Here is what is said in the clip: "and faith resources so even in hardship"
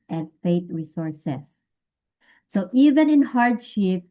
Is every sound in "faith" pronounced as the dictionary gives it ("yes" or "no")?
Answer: no